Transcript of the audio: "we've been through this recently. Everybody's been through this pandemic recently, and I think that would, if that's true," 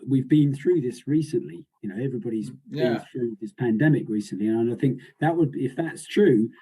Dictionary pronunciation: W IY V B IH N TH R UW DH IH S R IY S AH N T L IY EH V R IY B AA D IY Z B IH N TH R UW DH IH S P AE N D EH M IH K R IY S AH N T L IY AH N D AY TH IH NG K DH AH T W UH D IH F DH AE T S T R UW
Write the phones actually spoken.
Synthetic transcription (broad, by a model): W IY V B IH N TH R UW DH IH S R IY S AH N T L IY EH V R IY B AA D IY Z B IH N TH R UW DH IH S P AE N D EH M IH K R IY S AH N T L IY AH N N AY TH IH NG K DH AH T W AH D IH F DH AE T S T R UW